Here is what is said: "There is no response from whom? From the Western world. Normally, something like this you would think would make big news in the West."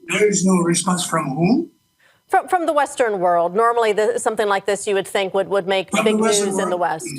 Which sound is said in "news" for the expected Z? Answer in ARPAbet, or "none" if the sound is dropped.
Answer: Z